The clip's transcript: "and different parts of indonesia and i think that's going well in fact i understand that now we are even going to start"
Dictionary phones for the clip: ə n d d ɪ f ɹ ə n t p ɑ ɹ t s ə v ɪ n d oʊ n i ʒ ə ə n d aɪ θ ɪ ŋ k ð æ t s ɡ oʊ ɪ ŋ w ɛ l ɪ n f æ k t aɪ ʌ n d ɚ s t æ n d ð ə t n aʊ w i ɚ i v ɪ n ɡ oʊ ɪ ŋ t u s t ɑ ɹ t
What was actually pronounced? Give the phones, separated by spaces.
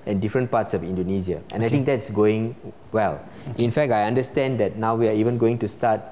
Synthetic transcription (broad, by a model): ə n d d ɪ f ɹ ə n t p ɑ t s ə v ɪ n d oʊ n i z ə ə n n aɪ t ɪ ŋ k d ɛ t s ɡ oʊ ɪ ŋ w ɛ l ɪ n f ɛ k t aɪ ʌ n d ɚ s t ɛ n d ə t n aʊ w i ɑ i v ɪ n ɡ oʊ ɪ ŋ t u s t ɑ t